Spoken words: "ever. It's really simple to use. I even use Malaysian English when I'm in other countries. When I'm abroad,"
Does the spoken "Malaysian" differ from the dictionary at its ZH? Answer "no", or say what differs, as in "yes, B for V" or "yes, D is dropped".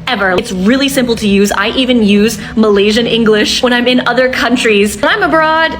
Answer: no